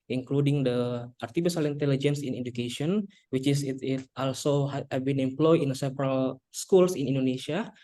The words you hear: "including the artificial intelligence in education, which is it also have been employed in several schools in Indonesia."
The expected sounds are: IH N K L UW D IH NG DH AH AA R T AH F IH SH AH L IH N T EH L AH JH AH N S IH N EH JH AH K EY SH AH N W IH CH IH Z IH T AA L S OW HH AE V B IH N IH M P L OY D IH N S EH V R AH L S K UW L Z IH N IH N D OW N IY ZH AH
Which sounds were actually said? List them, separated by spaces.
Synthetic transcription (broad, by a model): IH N K L UW D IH NG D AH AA R T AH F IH S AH L IH N T EH L AH JH AH N S IH N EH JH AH K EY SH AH N W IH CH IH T IH T AA L S OW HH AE B IH N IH M P L OY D IH N S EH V R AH L S K UW L S IH N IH N D OW N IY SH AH